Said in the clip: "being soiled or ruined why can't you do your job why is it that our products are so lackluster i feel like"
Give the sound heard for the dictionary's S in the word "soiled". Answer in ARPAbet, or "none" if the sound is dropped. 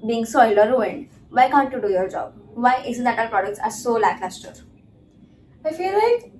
S